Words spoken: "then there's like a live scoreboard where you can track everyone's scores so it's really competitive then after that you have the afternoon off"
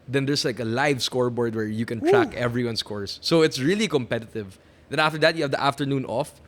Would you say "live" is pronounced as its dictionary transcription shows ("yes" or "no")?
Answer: yes